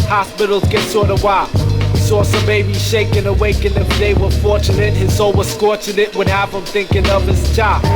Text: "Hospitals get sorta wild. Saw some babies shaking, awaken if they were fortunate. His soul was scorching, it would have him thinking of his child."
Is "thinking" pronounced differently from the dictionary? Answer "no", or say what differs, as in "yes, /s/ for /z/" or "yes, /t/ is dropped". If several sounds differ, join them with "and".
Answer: no